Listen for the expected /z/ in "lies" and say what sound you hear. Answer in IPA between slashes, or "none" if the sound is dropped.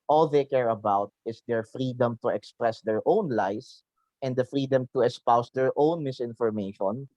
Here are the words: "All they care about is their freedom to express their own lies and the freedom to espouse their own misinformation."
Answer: /s/